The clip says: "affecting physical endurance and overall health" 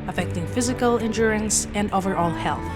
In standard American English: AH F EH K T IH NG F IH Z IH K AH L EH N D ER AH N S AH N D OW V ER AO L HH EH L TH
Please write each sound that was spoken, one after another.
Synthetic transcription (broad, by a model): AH F EH K T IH NG F IH Z IH K AH L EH N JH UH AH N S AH N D OW V ER AO L HH EH L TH